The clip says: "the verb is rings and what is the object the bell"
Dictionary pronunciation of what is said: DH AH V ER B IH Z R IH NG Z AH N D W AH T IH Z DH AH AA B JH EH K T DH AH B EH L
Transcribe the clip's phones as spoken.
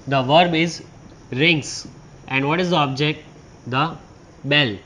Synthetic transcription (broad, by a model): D AH V ER B IH Z R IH NG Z AH N D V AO T IH Z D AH AA B JH EH K T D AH B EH L